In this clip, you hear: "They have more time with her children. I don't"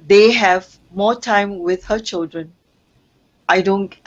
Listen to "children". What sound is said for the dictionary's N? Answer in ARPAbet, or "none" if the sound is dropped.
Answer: N